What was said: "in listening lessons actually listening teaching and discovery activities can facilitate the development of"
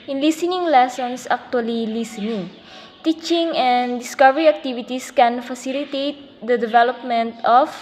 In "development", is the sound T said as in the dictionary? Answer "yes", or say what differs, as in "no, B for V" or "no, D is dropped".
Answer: yes